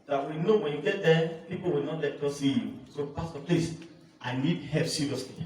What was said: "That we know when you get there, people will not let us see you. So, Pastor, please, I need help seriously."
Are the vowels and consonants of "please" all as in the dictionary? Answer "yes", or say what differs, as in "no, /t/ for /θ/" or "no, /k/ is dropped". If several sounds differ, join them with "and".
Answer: no, /s/ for /z/